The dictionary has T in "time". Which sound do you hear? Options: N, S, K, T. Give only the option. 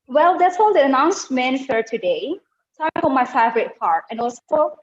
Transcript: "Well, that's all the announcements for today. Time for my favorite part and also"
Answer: S